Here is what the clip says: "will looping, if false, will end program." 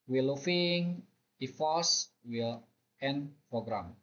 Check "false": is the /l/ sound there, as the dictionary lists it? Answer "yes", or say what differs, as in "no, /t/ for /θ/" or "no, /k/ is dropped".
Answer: no, /l/ is dropped